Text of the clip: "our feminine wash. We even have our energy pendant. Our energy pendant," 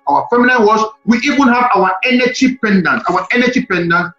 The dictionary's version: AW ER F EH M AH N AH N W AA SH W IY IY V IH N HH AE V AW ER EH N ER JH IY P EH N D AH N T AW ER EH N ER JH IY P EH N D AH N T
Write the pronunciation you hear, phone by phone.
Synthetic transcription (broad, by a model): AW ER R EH M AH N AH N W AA S W IY IY V IH N HH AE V AW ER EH N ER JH IY P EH N D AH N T AW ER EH N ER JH IY P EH N D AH N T